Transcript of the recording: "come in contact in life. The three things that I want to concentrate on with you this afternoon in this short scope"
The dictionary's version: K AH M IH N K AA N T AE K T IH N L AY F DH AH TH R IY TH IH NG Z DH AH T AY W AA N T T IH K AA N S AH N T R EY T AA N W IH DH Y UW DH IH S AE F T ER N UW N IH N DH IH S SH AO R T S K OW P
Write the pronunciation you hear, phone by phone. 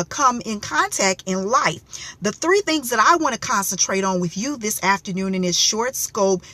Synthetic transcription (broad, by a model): K AH M IH N K AA N T AE K T IH N L AY F DH AH TH R IY TH IH NG Z DH AH T AY W AA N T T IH K AA N S AH N T R EY T N W IH DH Y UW DH IH S AE F T ER N UW N IH N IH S SH AO R T S K OW P